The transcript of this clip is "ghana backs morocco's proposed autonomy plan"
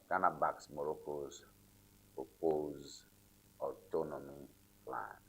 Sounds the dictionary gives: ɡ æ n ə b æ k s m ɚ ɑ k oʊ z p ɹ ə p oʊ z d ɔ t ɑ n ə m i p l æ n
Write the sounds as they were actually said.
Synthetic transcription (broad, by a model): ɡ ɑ n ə b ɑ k s m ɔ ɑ k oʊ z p ə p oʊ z ɔ t ɑ n ə m i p l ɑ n